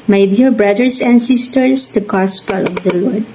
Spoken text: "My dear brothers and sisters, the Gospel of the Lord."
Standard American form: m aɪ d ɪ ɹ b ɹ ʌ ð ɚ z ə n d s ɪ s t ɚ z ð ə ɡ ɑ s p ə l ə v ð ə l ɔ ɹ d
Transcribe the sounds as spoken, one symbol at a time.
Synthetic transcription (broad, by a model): m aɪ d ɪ ɹ b ɹ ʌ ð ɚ s ə n d s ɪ s t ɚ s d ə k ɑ s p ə l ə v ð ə l ɔ ɹ d